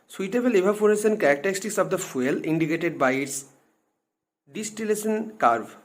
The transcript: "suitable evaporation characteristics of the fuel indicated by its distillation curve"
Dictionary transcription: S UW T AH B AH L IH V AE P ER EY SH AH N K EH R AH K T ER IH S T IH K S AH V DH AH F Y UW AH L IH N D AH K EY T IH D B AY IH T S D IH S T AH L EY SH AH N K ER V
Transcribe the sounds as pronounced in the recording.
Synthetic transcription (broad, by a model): S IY T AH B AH L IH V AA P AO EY S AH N K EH R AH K T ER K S T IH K S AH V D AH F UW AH L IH N D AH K EY T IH D B AY IH T S D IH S T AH L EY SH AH N K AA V